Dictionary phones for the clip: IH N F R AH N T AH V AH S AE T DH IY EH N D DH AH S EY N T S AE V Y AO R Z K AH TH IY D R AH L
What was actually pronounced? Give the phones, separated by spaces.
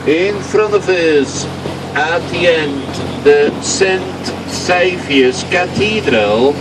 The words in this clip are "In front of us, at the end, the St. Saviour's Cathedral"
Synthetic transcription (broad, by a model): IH N F R AH N T AH V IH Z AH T DH IY EH N D DH AH S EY N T S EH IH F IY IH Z K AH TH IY D R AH L